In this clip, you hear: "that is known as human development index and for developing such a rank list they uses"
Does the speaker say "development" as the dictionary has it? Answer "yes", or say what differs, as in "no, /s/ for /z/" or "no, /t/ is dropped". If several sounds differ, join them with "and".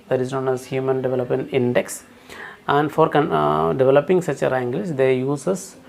yes